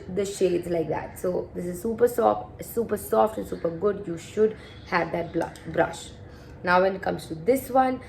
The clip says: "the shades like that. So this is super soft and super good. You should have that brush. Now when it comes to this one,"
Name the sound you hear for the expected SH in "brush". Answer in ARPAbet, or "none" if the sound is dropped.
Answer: SH